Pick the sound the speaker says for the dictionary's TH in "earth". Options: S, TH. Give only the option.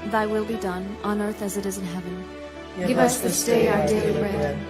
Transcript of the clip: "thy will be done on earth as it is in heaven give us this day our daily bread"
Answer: TH